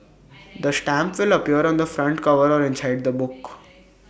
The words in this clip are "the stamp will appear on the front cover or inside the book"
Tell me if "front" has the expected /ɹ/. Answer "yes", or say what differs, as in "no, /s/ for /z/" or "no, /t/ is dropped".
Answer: yes